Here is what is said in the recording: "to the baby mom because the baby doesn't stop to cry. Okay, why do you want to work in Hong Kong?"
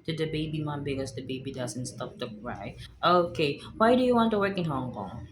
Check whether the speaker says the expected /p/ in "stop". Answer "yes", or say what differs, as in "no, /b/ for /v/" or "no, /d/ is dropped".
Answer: no, /f/ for /p/